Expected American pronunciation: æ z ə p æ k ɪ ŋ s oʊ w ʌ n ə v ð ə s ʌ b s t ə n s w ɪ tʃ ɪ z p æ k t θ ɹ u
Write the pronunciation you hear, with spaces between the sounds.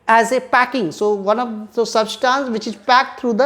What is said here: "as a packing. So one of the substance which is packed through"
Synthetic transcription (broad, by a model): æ z ə p æ k ɪ ŋ s oʊ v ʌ n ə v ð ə s ʌ b s t ə n s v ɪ tʃ ɪ z p æ k t ɹ u